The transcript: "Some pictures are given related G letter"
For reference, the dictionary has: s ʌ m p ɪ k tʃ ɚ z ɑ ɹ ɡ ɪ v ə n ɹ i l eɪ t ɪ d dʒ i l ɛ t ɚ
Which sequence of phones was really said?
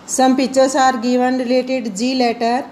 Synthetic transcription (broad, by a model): s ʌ m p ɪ tʃ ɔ s ɑ ɹ ɡ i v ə n ɹ i l eɪ t ɪ d dʒ i l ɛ t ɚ